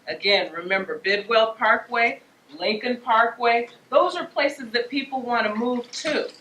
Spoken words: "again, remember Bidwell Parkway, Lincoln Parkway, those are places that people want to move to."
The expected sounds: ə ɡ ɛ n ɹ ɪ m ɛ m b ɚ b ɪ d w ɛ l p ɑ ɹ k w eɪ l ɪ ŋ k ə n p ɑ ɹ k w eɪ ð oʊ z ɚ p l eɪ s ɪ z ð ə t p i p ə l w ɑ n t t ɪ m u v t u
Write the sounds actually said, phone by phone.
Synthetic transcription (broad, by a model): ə ɡ ɛ n ɹ ɪ m ɛ m b ɚ b ɪ d w ɛ l p ɑ ɹ k w eɪ l ɪ ŋ k ə n p ɑ ɹ k w eɪ ð oʊ z ɚ p l eɪ s ɪ z ð ə t p i p l w ɑ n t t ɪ m u v t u